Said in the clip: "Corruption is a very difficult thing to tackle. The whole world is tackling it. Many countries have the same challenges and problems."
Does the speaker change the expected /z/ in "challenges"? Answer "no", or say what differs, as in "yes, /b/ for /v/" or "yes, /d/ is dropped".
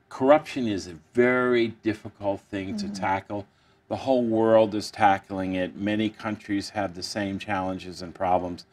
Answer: no